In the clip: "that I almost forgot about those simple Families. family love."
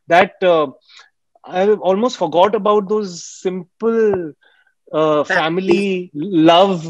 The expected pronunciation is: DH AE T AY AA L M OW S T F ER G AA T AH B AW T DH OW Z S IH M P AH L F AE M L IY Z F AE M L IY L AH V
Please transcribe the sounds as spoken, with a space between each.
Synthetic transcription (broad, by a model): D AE T AY AA L M OW S T F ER G AA T AH B AW T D OW Z S IH M P AH L F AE M IY L IY L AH V